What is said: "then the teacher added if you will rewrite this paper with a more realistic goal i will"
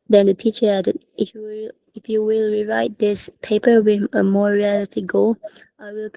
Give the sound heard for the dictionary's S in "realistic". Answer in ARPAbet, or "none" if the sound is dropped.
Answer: none